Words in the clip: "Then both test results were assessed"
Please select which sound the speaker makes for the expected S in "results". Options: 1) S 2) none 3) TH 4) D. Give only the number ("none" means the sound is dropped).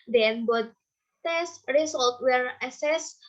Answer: 2